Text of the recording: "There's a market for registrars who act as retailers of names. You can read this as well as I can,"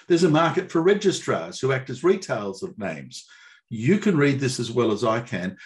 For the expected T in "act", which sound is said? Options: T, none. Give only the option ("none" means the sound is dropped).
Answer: T